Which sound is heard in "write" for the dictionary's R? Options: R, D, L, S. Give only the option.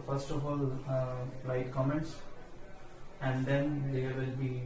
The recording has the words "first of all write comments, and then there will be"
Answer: L